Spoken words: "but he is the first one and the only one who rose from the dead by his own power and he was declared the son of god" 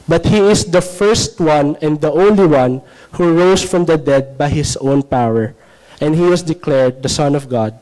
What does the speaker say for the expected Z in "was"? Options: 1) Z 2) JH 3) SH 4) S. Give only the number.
4